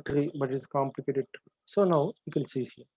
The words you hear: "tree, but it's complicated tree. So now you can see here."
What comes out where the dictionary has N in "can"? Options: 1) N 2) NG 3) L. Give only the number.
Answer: 3